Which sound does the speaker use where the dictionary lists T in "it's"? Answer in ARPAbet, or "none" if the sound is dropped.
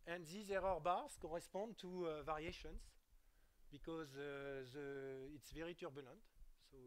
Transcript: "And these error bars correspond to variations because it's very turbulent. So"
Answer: T